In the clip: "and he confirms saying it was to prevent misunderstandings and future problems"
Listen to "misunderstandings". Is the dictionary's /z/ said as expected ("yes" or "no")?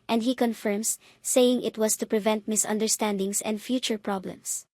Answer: no